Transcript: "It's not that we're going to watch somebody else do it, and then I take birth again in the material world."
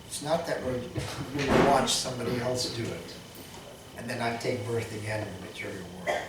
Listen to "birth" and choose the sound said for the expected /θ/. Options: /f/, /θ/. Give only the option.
/θ/